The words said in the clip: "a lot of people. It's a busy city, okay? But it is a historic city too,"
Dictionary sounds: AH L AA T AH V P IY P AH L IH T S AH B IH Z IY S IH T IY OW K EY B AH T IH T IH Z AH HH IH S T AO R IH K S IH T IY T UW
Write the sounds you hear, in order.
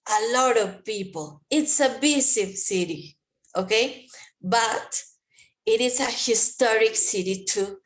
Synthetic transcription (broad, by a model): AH L AA T AH V P IY P AH L IH T S AH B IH S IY S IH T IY OW K EY B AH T IH T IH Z AH HH IH S T AO R IH K S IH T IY T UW